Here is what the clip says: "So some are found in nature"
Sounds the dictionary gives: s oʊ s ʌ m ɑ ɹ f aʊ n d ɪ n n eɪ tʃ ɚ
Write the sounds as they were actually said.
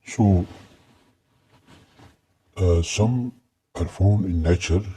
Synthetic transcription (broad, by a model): s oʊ s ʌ m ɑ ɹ f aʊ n ɪ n n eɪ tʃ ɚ